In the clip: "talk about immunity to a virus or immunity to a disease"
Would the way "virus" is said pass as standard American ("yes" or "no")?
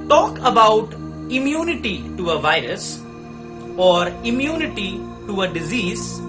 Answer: yes